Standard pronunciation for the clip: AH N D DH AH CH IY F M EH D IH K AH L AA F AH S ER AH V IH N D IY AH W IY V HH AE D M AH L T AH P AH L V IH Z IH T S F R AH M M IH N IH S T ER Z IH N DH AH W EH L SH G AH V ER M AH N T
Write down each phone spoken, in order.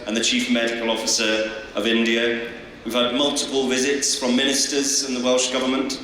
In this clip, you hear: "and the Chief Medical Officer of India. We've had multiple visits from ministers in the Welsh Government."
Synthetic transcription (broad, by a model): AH N DH AH CH IY F M EH D IH K AH L AA F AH S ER AH V IH N D IY AH W IY V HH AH D M AH L T AH P AH L V IH Z IH T S F R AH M M IH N IH S T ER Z IH N DH AH W EH L SH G AH V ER M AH N T